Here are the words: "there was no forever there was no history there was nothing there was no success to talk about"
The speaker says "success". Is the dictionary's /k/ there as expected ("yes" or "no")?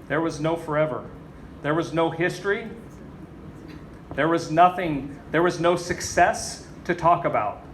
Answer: yes